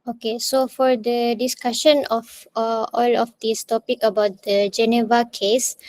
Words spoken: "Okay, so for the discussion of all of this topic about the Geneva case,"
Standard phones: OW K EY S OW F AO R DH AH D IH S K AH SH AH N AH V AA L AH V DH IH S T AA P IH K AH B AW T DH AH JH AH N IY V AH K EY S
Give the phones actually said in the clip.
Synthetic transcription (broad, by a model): OW K EY S OW F AO R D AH D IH S K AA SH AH N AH F AA L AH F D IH S T AA P IH K AH B AW T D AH JH AH N IY V AH K EY S